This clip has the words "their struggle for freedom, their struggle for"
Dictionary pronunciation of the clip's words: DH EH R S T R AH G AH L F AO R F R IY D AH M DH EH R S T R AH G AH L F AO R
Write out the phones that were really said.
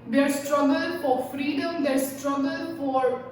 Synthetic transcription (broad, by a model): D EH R S T R AH G AH L F AO R F R IY D AH M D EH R S T R AH G AH L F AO R